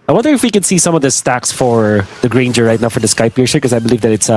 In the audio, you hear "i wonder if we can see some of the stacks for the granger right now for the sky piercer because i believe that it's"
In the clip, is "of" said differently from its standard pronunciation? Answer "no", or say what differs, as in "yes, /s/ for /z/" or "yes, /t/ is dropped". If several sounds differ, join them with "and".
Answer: no